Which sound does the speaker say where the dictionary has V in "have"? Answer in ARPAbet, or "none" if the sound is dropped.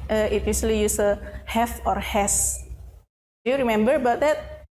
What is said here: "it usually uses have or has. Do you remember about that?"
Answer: F